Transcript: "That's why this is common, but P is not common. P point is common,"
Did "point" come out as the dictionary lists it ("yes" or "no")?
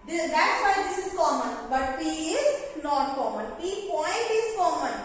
yes